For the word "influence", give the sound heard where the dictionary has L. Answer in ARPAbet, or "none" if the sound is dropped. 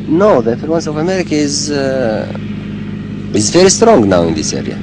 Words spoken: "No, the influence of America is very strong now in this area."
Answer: none